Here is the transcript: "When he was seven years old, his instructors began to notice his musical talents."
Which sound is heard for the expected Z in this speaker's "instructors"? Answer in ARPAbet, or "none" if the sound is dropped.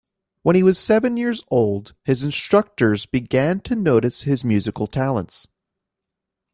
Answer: Z